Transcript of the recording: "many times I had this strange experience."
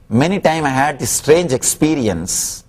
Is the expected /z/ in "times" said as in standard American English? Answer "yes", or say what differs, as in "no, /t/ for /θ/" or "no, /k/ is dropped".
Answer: no, /z/ is dropped